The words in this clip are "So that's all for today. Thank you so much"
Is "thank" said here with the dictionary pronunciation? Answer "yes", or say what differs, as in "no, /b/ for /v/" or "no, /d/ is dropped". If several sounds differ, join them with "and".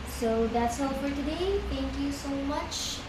no, /t/ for /θ/